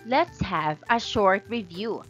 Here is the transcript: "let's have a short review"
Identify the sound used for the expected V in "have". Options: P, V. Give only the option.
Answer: V